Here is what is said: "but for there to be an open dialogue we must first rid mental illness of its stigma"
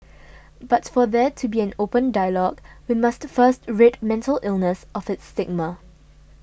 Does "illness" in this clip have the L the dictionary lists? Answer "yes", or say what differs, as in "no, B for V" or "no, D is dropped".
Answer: yes